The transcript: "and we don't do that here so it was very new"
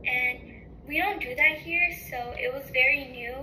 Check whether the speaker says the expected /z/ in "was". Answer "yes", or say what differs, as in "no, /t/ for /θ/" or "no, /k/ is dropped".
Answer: yes